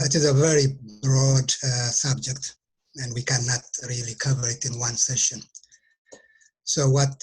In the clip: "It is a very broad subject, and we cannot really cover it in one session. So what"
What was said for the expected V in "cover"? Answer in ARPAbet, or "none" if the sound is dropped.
V